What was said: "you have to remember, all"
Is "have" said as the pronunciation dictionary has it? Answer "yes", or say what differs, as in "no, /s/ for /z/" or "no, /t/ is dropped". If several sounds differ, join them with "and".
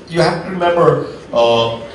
no, /f/ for /v/